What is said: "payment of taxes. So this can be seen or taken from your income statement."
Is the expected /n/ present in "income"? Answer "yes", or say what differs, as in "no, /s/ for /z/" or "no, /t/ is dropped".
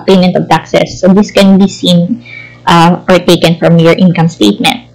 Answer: yes